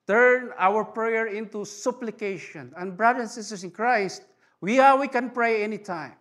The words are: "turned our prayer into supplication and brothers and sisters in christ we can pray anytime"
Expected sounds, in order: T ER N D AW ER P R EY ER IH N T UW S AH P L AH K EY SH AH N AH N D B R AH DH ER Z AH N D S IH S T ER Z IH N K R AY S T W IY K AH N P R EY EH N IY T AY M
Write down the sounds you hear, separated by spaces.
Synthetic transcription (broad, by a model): T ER N AW ER P R EY ER IH N T UW S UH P L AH K EY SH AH N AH N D B R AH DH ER AH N S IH S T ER S IH N K R AY S T W IY K AH N P R EY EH N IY T AY M